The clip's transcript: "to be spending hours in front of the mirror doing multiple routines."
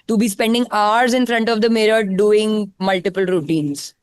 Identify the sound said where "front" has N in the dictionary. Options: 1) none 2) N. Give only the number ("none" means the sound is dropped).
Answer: 2